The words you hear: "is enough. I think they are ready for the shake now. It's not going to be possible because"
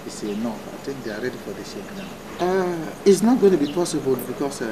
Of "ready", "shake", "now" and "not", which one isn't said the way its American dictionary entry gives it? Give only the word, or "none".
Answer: shake